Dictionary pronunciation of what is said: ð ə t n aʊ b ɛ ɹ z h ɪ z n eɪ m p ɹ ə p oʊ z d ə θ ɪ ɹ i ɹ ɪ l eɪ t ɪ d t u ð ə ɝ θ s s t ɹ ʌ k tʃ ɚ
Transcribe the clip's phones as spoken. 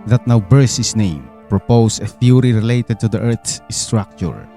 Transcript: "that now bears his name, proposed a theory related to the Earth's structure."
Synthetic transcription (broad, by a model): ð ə t n aʊ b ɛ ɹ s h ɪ s n eɪ m p ɹ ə p oʊ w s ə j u ɹ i ɹ ɪ l eɪ t ɪ d t u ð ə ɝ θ s s t ɹ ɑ k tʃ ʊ